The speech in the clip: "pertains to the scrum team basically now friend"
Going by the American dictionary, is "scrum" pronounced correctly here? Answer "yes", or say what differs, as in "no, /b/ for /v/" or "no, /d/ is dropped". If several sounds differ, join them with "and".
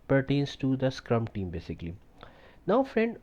yes